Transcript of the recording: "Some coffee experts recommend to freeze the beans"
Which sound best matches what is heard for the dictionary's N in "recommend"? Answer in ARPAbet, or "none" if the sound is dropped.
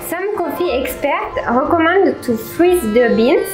none